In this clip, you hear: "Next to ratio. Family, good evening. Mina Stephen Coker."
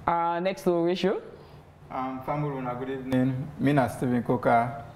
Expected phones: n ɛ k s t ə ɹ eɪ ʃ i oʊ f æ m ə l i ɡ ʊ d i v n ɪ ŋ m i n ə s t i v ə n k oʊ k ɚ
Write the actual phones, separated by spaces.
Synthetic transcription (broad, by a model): n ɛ k s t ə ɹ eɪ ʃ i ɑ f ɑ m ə n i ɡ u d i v n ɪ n m i n ə s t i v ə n k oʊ k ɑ